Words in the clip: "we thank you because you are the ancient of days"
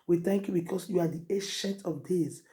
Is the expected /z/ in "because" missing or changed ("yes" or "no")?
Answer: yes